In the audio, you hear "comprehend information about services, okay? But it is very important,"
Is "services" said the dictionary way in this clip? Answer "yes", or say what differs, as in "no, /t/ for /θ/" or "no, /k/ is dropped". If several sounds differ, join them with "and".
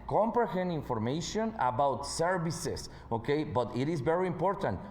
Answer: no, /s/ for /z/